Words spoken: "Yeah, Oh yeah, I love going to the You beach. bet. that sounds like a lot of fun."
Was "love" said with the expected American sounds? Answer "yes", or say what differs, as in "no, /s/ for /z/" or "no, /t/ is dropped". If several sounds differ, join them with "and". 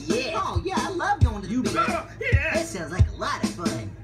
yes